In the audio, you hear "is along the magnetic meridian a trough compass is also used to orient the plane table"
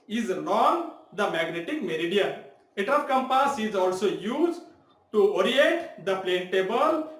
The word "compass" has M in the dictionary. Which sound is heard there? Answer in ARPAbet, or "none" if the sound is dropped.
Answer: M